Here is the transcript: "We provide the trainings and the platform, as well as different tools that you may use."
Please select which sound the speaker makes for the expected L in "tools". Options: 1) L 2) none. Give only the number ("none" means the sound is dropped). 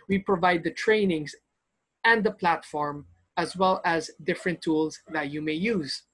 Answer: 1